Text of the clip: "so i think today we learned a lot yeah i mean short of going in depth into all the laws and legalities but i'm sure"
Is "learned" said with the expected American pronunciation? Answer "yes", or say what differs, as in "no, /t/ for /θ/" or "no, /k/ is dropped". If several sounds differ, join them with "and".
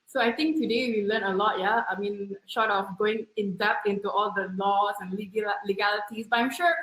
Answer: no, /d/ is dropped